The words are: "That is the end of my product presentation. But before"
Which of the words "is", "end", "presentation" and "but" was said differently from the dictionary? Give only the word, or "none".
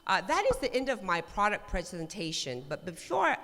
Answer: none